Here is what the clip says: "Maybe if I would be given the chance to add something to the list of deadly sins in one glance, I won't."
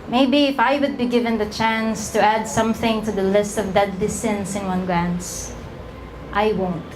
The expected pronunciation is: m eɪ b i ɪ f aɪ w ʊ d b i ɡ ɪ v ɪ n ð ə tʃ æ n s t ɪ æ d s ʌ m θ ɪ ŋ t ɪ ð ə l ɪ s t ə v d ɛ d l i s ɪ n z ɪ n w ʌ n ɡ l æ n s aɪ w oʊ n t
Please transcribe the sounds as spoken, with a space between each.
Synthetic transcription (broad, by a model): m eɪ b i ɪ f aɪ w ʊ d b i ɡ ɪ v ɪ n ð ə tʃ æ n s t ɪ æ d s ʌ m θ ɪ ŋ t ɪ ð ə l ɪ s t ə v d ɛ d l i s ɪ n s ɪ n w ʌ n ɡ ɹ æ n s aɪ w oʊ n t